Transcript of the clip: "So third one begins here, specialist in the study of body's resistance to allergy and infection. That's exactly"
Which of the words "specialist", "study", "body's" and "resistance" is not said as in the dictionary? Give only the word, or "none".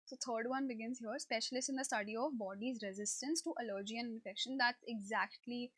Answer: specialist